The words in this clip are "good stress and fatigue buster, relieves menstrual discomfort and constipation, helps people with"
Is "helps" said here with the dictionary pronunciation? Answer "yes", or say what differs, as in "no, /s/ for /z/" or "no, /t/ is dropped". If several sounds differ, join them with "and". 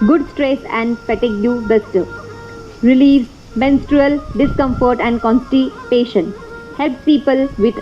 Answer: no, /s/ is dropped